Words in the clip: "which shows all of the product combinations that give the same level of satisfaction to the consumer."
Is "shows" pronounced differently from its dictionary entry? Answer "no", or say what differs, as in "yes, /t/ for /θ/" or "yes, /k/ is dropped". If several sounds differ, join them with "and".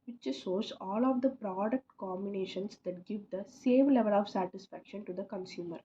yes, /s/ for /ʃ/